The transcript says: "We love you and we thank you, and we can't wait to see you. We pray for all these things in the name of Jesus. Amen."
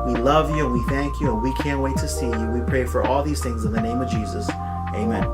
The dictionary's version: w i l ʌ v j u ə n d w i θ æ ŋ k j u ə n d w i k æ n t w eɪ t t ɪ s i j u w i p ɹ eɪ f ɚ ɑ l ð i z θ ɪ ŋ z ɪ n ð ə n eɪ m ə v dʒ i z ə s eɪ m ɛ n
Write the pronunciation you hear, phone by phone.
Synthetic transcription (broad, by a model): w i l ʌ v j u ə n w i θ æ ŋ k j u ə n w i k æ n t w eɪ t t ɪ s i j u w i p ɹ eɪ f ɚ ɑ l ð i z θ ɪ ŋ z ɪ n ð ə n eɪ m ə v dʒ i z ə s eɪ m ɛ n